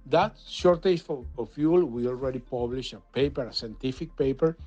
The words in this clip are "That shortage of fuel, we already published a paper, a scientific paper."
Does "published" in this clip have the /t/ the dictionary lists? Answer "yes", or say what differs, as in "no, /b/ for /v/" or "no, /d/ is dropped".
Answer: no, /t/ is dropped